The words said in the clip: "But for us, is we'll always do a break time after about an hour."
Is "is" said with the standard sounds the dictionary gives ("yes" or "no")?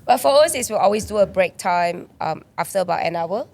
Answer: no